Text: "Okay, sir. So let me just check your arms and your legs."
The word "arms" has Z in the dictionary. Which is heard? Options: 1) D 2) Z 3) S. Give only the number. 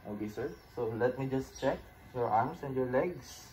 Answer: 3